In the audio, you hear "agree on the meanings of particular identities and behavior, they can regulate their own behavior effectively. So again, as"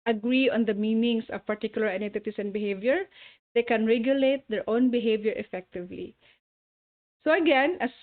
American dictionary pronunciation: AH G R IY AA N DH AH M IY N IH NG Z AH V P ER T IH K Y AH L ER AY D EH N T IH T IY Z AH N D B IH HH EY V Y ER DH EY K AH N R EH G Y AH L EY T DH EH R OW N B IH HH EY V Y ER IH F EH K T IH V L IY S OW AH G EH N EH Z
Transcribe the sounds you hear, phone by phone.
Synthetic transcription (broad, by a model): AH G R IY AA N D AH M IY N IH NG S AH V P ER T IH K Y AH L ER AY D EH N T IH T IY S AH N B IH HH EY V Y ER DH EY K AH N R EH G Y AH L EY T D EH R OW N B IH HH EY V Y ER IH F EH K T IH V L IY S OW AH G EH N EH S